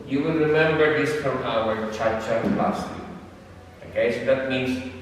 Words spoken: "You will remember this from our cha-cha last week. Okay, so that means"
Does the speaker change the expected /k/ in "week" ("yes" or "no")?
yes